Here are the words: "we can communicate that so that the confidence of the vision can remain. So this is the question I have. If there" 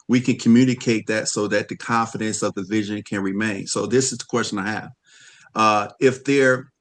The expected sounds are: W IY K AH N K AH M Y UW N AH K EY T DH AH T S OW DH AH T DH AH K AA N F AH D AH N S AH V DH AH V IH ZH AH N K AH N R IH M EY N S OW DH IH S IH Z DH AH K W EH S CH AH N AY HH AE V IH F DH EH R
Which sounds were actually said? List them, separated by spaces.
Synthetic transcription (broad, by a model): W IY K AH N K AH M Y UW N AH K EY T DH AH T S OW DH AH T DH AH K AA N F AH D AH N S AH V DH AH V IH ZH AH N K AH N R IH M EY N S OW DH IH S IH Z DH AH K W EH S CH AH N AY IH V IH F DH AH R